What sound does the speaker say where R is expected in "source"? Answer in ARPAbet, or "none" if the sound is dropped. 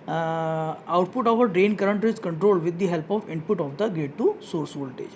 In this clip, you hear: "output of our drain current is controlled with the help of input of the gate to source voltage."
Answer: R